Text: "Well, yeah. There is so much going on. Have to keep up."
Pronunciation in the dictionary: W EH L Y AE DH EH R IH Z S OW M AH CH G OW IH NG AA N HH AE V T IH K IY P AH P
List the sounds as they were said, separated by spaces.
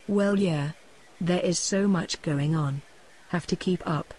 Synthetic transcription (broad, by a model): W EH L Y AE DH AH R IH Z S OW M AH CH G OW IH NG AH N HH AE F T IH K IY P AH P